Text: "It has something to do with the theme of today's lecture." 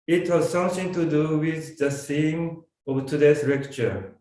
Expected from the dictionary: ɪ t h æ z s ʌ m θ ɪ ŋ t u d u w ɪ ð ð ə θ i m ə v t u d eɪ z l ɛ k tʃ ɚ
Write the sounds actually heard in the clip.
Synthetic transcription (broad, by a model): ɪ t h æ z s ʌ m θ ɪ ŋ t u d u w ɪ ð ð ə s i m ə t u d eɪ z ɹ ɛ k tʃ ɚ